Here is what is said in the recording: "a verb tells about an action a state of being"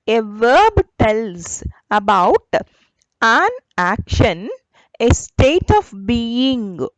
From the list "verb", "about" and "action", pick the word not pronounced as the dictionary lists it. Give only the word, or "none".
none